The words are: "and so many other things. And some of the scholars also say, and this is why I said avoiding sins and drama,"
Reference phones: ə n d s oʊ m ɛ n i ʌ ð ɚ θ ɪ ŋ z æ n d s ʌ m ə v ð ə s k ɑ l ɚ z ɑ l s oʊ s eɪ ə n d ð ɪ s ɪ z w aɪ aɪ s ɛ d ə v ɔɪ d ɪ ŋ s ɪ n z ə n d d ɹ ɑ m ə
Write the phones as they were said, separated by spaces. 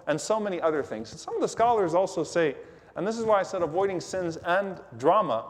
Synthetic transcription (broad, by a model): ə n s oʊ m ɛ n i ʌ ð ɚ θ ɪ ŋ z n s ʌ m ə v ð ə s k ɑ l ɚ z ɑ l s oʊ s eɪ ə n ð ɪ s ɪ z w aɪ aɪ s ɛ d ə v ɔɪ d ɪ ŋ s ɪ n z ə n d d ɹ ɑ m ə